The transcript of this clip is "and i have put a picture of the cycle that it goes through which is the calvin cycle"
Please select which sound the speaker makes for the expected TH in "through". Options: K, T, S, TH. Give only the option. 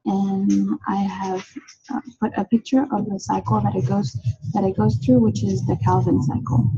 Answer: TH